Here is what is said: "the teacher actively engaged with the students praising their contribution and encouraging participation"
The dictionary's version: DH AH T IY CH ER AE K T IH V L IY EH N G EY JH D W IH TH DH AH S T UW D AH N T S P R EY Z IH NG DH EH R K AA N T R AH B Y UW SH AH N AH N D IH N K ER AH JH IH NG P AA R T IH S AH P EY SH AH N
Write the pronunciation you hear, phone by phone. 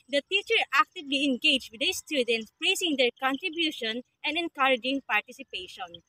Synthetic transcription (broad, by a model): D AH T IY CH ER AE K T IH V L IY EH N G EY JH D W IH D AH S T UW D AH N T S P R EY S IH NG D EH R K AA N T R AH B Y UW SH AH N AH N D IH N K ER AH JH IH NG P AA R T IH S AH P EY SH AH N